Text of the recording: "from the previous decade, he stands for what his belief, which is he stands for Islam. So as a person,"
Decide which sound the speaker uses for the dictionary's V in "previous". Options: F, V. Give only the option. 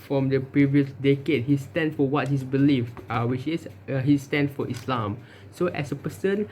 V